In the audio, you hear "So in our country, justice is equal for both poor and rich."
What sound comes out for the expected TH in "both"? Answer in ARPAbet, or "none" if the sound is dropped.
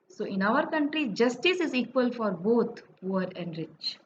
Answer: T